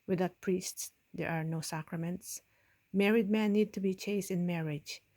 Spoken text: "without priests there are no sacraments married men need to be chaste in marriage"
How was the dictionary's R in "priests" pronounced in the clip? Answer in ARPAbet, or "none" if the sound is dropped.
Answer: R